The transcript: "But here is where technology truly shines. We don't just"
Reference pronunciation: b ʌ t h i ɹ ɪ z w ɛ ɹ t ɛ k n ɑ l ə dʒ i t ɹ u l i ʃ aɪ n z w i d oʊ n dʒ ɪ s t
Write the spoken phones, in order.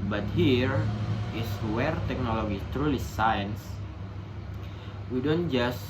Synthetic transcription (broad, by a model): b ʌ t h i ɹ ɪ s w ɛ ɹ t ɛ k n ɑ l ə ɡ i t ɹ u l i s aɪ n s w i d oʊ n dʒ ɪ s